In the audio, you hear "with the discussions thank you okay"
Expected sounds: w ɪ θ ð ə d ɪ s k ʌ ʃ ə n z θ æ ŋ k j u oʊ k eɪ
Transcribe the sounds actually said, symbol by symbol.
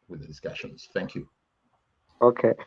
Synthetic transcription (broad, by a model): w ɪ ð ə d ɪ s k ʌ ʃ ə n z θ æ ŋ k j u oʊ k eɪ